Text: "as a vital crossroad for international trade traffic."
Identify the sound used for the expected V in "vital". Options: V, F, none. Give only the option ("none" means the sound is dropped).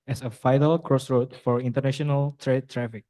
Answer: F